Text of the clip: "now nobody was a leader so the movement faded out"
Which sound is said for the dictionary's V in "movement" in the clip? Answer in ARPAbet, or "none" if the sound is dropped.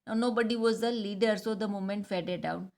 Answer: none